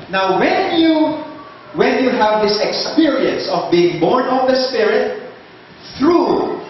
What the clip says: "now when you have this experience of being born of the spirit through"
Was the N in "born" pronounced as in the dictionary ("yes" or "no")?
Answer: yes